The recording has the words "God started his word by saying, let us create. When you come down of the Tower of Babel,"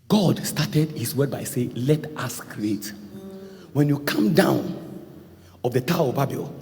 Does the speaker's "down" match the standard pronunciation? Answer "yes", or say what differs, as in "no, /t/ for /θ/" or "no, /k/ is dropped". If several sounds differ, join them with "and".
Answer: yes